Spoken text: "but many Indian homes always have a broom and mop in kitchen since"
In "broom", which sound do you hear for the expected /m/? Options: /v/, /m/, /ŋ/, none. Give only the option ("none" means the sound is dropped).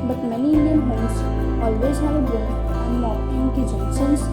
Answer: none